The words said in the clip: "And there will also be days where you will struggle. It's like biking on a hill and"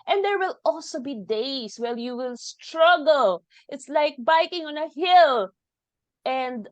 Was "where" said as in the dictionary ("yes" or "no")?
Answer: no